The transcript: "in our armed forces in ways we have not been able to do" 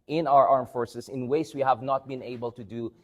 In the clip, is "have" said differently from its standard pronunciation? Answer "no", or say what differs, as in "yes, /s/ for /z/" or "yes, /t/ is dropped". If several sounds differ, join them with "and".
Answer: no